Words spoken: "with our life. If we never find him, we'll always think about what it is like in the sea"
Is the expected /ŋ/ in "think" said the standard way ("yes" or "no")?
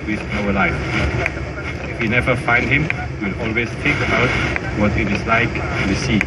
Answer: no